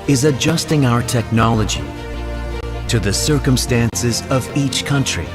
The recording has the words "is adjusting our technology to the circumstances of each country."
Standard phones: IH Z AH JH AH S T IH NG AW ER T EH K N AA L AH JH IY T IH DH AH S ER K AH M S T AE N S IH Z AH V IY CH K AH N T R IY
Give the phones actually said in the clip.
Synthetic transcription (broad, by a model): IH Z AH JH AH S T IH NG AW ER T EH K N AA L AH JH IY T IH DH AH S ER K AH M S T AE N S IH Z AH V IY CH K AH N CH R IY